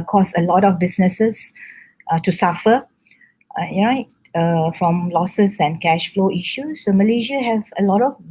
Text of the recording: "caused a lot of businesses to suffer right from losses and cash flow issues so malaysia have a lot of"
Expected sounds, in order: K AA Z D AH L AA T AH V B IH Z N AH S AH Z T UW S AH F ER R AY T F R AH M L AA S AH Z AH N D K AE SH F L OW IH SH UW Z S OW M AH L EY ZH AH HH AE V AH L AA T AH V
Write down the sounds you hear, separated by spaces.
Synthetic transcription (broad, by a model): K AA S AH L AA T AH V B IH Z N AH S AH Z T UW S AH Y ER R AY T F R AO M L AA S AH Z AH N K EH SH F L OW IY SH UW S OW M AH L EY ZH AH HH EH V AH L AA T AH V